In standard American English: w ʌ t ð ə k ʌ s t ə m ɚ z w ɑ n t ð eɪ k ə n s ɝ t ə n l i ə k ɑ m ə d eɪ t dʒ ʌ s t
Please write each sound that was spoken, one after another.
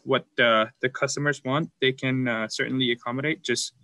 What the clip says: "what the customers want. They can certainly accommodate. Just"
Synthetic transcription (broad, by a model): w ʌ t ð ə k ʌ s t ə m ɚ z w ɑ n t ð eɪ k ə n s ɝ t n l i ə k ɑ m ə d eɪ t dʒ ʌ s t